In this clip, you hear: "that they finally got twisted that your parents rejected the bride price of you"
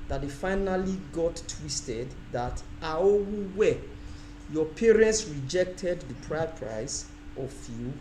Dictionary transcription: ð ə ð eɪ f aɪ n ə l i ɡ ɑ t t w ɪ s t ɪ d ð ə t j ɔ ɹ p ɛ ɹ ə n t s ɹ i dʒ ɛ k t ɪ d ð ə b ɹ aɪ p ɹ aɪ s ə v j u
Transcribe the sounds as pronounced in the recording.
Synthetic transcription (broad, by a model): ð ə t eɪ f aɪ n ə l i ɡ ɑ t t w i s t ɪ d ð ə t j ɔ p ɛ ɹ ə n t s ɹ i dʒ ɛ k t ɪ d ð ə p ɹ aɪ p ɹ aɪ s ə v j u